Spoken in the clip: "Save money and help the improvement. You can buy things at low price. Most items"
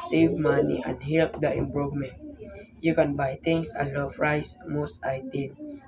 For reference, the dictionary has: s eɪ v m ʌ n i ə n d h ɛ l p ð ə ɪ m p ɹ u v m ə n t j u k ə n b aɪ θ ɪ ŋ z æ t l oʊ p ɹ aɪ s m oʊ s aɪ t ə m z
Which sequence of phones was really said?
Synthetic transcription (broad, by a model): s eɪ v m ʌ n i ə n d h ɛ l p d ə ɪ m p ɹ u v m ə n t j u k ə n b aɪ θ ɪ ŋ s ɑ l oʊ f ɹ aɪ s m oʊ s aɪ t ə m